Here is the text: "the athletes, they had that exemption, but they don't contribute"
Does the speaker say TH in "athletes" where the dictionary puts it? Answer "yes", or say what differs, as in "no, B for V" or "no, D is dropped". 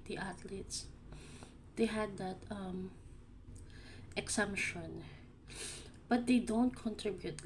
no, T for TH